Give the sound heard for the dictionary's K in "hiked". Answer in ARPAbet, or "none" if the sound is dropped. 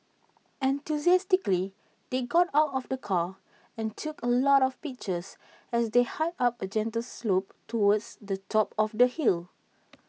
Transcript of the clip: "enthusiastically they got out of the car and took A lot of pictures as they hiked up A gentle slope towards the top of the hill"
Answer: none